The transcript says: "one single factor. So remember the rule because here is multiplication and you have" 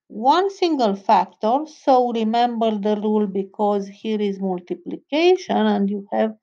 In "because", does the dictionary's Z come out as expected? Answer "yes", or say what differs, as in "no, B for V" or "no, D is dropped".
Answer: yes